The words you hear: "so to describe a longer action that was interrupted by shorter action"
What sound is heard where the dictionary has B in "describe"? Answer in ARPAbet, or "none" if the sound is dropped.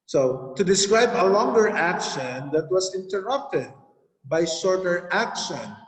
B